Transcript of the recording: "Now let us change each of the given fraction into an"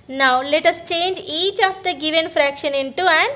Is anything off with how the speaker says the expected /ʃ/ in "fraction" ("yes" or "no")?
no